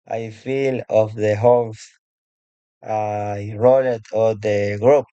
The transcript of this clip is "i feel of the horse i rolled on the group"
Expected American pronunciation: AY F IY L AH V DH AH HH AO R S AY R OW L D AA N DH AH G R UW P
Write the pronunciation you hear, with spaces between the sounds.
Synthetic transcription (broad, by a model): AY F IY L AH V DH AH HH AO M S AY R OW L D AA L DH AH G R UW P